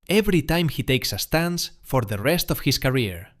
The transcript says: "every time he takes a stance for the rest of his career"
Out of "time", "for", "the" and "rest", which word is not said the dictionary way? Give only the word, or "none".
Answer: none